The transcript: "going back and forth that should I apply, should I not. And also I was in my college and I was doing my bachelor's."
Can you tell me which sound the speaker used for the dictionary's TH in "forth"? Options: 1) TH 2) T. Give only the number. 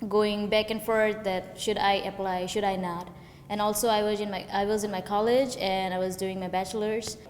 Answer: 2